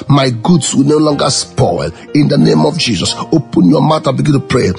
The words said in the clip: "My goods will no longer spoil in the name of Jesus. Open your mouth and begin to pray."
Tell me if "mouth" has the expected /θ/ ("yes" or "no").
no